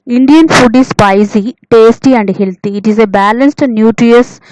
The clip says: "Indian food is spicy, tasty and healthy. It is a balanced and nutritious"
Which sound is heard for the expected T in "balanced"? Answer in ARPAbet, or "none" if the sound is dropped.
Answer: T